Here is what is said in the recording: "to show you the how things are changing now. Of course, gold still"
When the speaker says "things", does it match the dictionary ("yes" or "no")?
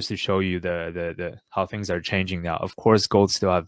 yes